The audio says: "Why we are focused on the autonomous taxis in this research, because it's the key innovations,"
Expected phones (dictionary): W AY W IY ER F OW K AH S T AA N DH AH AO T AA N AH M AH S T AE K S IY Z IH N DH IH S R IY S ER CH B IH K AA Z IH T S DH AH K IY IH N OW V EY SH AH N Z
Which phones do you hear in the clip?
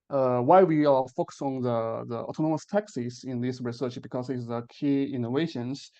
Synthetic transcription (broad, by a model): W AY W IY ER F OW K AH S AA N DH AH AO T AA N AH M AH S T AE K S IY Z IH N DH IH S R IY S ER CH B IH K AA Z IH T S DH AH K IY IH N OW V EY SH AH N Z